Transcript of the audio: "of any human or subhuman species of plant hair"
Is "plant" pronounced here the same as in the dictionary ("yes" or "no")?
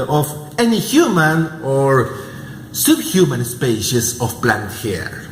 no